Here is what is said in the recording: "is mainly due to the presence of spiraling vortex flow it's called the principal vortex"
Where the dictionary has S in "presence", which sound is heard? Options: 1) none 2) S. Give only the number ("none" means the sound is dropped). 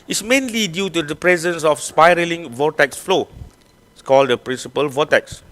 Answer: 2